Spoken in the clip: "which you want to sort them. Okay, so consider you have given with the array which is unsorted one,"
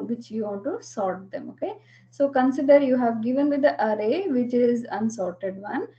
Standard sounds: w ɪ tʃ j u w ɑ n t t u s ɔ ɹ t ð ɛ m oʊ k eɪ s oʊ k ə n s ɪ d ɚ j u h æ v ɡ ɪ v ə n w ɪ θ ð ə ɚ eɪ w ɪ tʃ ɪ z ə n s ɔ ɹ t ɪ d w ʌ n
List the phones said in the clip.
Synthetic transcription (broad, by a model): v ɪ tʃ j u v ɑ n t t u s ɔ ɹ t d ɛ m oʊ k eɪ s oʊ k ə n s ɪ d ɚ j u h æ v ɡ ɪ v ə n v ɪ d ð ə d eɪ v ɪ tʃ ɪ z ə n s ɔ ɹ t ɪ d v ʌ n